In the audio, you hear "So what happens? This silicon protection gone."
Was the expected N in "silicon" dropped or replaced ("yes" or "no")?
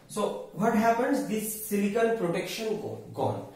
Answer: yes